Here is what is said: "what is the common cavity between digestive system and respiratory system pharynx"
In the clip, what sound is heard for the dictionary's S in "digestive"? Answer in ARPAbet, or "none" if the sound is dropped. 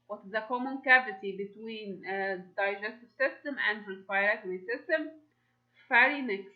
S